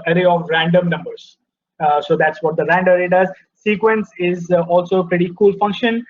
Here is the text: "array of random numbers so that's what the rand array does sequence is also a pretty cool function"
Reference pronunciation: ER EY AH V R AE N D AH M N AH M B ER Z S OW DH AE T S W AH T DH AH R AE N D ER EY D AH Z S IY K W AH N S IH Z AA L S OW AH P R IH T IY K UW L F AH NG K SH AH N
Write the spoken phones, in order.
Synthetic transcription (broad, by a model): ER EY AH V R AE N D AH M N AH M B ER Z S OW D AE T S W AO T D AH R AE N D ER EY D AH Z S IY K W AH N S IH Z AA L S OW P R IH T IY K UW L F AH NG K SH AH N